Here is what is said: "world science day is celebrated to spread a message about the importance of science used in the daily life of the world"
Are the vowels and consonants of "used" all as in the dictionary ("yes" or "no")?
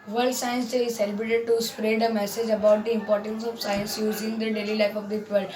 no